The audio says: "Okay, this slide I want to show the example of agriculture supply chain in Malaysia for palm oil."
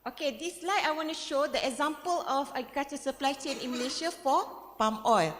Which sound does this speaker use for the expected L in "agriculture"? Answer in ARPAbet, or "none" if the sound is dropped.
none